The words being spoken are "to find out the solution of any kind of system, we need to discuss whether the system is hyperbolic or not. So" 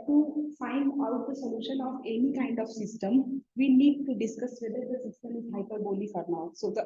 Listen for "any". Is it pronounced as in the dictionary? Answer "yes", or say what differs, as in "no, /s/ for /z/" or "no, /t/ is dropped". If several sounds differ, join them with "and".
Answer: yes